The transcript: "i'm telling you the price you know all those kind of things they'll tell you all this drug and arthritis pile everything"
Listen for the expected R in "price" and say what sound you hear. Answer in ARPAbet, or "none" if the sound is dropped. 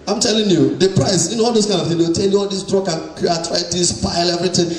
R